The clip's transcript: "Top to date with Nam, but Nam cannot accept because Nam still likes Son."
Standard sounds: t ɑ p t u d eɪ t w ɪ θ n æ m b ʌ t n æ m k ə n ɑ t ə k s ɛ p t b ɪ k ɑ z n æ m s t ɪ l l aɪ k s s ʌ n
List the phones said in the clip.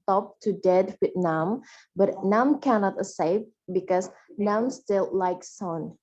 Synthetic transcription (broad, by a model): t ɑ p t u d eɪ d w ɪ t n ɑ m b ʌ t n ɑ m k ə n ɑ t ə s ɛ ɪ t b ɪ k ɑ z n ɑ m s t ɪ l l aɪ k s s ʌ n